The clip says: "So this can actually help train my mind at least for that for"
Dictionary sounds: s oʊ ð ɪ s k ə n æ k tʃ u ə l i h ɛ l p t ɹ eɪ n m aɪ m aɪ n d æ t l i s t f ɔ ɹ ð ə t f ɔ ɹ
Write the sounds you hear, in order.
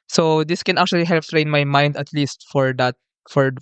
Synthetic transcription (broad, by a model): s oʊ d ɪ s k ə n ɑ k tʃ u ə l i h ɛ l p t ɹ eɪ n m aɪ m aɪ n d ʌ t l i s t f ɔ ɹ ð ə t f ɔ ɹ